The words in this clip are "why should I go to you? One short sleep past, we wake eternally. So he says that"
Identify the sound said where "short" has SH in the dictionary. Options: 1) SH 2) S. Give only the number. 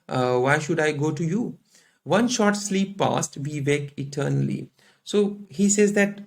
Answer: 1